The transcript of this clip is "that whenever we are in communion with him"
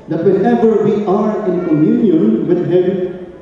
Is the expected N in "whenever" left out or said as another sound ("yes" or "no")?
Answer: yes